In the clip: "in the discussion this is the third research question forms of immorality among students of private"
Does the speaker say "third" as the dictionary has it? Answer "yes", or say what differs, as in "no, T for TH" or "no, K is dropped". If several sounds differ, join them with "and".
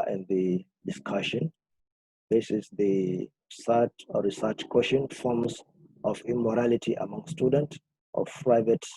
no, S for TH